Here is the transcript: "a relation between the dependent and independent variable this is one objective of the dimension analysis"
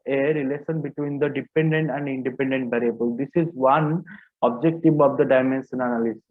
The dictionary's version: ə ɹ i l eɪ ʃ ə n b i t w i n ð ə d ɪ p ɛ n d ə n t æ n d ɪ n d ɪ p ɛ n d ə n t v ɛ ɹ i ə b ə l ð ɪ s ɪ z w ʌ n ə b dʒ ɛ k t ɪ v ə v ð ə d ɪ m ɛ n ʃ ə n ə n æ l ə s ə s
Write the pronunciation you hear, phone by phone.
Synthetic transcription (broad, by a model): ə ɹ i l eɪ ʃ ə n b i t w i n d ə d ɪ p ɛ n d ə n t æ n d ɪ n d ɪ p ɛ n d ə n t b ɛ ɹ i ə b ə l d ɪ s ɪ z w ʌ n ə b dʒ ɛ k t ɪ v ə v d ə d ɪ m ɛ n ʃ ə n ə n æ l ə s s